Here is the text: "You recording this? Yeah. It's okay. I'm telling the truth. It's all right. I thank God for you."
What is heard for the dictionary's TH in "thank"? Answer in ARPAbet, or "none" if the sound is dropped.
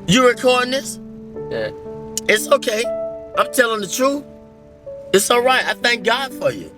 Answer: TH